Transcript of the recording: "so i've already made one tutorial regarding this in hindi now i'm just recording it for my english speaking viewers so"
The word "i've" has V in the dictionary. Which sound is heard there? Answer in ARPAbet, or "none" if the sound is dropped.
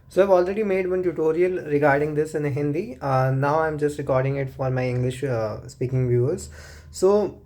V